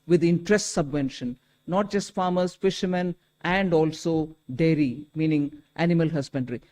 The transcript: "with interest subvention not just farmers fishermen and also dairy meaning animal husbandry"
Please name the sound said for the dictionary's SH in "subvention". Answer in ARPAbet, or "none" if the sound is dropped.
SH